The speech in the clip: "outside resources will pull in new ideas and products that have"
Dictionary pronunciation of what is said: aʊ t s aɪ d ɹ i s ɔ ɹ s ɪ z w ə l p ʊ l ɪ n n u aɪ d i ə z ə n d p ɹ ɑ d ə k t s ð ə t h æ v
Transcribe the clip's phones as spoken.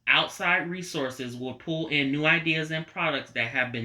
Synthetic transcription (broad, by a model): aʊ t s aɪ d ɹ i s ɔ ɹ s ɪ z w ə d p ʊ l ɪ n n u aɪ d i ə z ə n p ɹ ɑ d ə k t s ð ə t h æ v